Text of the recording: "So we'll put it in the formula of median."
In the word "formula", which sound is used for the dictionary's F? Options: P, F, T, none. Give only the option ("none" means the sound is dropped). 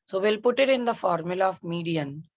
F